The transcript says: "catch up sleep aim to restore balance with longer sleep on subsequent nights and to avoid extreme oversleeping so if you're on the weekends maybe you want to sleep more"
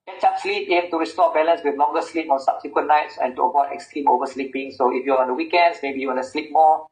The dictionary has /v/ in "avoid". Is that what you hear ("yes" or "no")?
no